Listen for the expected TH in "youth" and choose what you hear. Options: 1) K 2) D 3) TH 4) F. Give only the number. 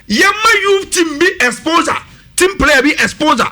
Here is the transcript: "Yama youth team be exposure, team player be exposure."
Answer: 4